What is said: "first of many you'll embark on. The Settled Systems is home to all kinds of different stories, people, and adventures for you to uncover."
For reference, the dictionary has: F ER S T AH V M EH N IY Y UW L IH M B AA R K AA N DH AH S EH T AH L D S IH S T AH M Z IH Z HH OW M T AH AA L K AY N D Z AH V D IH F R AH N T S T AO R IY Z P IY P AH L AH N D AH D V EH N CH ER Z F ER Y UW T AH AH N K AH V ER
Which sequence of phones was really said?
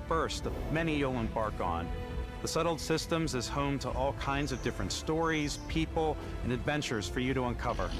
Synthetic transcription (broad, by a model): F ER S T AH V M EH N IY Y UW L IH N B AA R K AA N DH AH S EH T L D S IH S T AH M Z IH Z HH OW M T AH AA L K AY N D Z AH V D IH F R AH N T S T AO R IY Z P IY P L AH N AH D V EH N CH ER Z F ER Y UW T AH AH N K AH V ER